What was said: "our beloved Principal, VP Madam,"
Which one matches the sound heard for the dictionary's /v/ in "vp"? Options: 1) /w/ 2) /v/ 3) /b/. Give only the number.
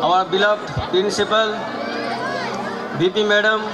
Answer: 3